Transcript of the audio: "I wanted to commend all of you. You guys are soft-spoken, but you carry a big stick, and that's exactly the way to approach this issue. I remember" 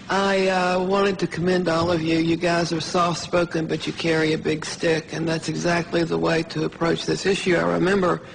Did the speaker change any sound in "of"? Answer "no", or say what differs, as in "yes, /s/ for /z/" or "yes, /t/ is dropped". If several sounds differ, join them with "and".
no